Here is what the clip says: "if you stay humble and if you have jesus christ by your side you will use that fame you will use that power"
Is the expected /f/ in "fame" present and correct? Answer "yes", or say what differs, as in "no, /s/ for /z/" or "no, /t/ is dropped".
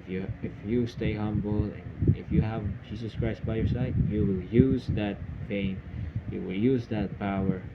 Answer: no, /p/ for /f/